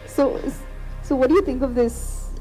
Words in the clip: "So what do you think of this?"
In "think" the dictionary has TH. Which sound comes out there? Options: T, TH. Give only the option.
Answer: TH